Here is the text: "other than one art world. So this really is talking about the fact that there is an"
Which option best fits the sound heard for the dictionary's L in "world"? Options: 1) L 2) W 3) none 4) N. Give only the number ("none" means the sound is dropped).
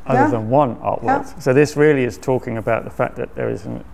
3